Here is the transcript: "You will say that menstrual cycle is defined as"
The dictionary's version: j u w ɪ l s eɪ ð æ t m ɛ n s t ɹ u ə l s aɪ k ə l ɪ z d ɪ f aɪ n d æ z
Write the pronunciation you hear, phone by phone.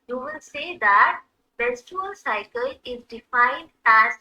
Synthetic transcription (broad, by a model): j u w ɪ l s eɪ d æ t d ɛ s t u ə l s aɪ k ə l ɪ z d ɪ f aɪ n d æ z